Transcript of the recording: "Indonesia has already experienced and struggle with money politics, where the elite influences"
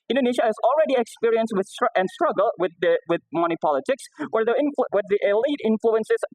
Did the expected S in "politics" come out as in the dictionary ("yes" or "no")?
yes